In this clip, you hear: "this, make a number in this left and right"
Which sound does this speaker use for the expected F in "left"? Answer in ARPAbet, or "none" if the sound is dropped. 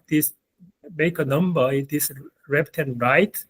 P